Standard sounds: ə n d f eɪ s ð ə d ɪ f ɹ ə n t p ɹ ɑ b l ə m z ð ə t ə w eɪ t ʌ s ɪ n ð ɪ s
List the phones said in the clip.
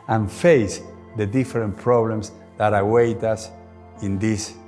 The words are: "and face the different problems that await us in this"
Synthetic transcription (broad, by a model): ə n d f eɪ s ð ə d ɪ f ɹ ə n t p ɹ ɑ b l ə m s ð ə t ə w eɪ t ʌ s ɪ n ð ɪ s